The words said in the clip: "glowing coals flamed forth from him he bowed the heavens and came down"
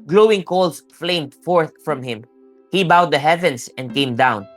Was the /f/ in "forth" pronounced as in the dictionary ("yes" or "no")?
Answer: yes